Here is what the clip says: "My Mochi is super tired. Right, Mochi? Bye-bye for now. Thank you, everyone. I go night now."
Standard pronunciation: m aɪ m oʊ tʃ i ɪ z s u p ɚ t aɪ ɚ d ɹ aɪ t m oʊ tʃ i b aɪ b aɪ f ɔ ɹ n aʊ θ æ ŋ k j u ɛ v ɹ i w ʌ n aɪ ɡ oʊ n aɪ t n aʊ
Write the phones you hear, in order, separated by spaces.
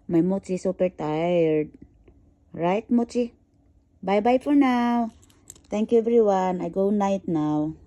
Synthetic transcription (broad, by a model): m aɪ m oʊ tʃ i s u p ɚ t aɪ ɚ d ɹ aɪ t m oʊ tʃ i b aɪ b aɪ f ɔ ɹ n aʊ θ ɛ ŋ k j u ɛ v ɹ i w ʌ n aɪ ɡ oʊ n aɪ t n aʊ